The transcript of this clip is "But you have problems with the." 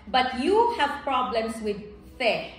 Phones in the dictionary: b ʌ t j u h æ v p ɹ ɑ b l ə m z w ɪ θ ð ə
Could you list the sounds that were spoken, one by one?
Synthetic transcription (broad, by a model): b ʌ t j u h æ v p ɹ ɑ b l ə m s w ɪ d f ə